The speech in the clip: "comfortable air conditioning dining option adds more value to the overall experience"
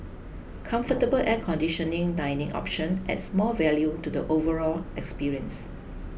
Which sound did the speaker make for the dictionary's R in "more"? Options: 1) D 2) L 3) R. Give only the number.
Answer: 2